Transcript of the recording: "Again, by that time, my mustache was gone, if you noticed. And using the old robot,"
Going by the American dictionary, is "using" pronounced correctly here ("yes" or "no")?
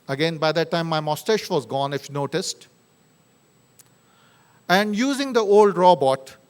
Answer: yes